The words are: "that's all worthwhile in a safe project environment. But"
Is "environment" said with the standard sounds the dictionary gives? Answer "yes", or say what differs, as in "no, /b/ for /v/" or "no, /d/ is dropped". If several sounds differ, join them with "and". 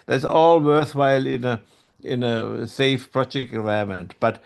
no, /n/ is dropped and /ɹ/ is dropped and /n/ is dropped